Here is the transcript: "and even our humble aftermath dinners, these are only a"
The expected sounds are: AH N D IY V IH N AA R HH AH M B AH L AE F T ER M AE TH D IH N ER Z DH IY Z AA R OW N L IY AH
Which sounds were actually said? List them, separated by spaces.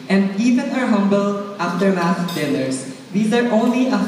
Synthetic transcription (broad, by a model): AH N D IY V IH N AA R HH AH M B AH L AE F T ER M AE S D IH L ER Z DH IY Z AA R OW N L IY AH